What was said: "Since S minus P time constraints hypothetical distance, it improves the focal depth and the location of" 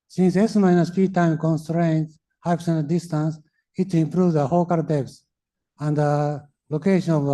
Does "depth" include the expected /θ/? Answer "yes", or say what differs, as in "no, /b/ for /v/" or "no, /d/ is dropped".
no, /s/ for /θ/